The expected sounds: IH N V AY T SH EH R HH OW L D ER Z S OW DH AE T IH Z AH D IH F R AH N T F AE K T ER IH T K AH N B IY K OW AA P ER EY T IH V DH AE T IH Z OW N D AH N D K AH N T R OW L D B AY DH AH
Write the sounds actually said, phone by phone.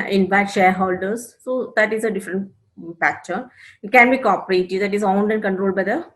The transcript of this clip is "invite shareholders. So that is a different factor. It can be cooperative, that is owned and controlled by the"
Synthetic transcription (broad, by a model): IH N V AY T SH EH R HH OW L D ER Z S OW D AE T IH Z AH D IH F R AH N T P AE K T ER IH T K AH N B IY K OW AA P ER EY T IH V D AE T IH Z OW N D AH N D K AH N T R OW L D B AY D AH